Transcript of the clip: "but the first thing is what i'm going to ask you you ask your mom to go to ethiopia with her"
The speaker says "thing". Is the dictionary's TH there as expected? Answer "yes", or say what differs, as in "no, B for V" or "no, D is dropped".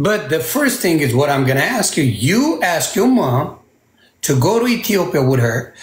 yes